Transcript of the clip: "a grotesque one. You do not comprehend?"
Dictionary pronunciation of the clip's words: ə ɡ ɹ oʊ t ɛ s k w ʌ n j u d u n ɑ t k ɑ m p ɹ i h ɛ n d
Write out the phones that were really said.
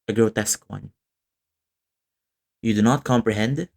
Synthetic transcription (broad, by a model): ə ɡ ɹ oʊ t ɛ s k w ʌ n j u d u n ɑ t k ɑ m p ɹ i h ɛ n d